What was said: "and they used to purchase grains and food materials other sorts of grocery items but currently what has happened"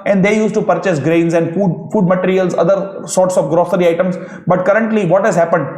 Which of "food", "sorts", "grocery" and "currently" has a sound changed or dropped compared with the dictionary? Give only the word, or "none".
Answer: none